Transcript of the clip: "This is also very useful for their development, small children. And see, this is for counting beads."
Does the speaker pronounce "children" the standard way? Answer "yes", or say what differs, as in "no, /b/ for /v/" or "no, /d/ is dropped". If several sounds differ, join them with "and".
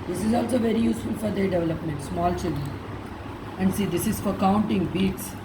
no, /n/ is dropped